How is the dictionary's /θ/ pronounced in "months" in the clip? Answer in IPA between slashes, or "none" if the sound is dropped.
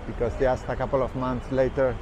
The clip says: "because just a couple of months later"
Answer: /t/